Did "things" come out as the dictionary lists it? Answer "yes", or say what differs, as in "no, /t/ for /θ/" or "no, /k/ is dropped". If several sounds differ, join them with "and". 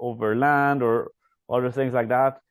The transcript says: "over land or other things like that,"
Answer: yes